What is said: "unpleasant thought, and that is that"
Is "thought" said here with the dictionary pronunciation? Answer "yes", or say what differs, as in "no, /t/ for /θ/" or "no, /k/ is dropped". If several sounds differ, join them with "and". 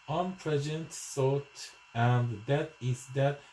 no, /s/ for /θ/